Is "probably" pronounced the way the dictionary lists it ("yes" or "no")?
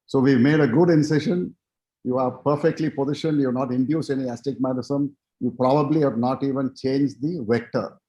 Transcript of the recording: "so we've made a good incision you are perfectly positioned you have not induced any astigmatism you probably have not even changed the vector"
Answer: yes